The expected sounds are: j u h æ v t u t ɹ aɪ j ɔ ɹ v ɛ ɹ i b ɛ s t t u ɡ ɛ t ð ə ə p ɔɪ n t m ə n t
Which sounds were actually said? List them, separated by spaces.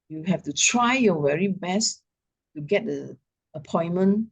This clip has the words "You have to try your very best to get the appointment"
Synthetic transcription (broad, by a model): j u h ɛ f t u t ɹ aɪ j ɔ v ɛ ɹ i b ɛ s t t u ɡ ɛ t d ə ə p ɔɪ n m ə n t